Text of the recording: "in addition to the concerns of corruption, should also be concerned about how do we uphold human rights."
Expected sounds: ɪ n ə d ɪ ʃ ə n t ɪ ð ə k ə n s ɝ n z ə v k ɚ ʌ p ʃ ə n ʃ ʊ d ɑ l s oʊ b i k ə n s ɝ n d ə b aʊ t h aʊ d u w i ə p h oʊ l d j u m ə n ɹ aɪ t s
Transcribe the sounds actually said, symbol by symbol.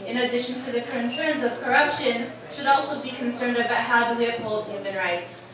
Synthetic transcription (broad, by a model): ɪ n ə d ɪ ʃ ə n t ɪ ð ə k ə n s ɝ n z ə v k ɚ ʌ p ʃ ə n ʃ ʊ d ɑ l s oʊ b i k ə n s ɝ n d ə b aʊ t h aʊ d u w i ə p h oʊ l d j u m ə n ɹ aɪ t s